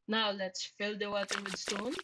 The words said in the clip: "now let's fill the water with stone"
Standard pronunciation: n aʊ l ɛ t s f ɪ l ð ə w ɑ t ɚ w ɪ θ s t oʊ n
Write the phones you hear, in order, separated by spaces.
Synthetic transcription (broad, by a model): n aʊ l ɛ t s f ɪ l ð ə w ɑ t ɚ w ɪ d s t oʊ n